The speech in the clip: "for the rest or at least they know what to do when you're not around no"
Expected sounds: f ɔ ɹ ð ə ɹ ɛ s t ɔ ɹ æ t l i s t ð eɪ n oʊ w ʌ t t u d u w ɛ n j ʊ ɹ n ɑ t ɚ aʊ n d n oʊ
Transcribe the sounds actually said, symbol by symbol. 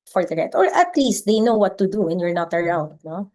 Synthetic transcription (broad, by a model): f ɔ ɹ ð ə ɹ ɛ t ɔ ɹ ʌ t l i s t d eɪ n oʊ w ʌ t t u d u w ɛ n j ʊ ɹ n ɑ t ɚ aʊ n d n oʊ